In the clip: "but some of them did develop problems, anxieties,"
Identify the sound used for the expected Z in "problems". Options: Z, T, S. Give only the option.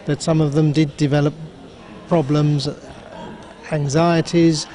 Z